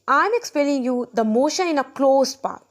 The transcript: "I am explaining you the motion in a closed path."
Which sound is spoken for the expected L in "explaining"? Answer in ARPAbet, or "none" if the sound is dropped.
none